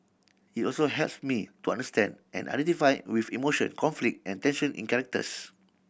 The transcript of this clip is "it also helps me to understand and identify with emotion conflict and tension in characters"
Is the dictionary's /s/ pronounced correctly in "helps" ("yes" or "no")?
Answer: yes